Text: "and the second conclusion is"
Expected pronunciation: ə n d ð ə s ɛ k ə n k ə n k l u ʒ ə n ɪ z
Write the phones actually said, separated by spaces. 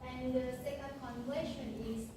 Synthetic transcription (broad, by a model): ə n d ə s ɛ k ə n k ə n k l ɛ ʃ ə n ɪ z